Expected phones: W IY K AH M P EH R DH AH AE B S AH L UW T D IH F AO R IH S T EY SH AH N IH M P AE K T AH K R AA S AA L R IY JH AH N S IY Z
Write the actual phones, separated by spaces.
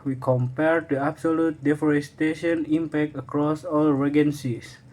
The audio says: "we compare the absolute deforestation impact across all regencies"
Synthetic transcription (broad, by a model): W IY K AH M P EH R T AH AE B S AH L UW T D IH F AO R IH S T EY SH AH N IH M P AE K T AH K R AA S AA L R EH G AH N S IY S